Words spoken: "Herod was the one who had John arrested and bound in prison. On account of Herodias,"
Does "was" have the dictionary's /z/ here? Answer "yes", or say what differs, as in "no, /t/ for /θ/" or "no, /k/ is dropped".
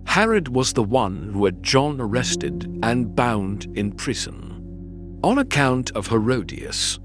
yes